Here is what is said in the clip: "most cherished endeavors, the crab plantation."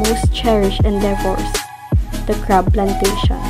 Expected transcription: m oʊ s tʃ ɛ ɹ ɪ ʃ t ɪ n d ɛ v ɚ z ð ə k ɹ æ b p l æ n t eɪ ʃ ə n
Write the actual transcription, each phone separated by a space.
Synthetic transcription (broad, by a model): m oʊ s tʃ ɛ ɹ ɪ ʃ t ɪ n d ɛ f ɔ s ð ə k ɹ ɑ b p l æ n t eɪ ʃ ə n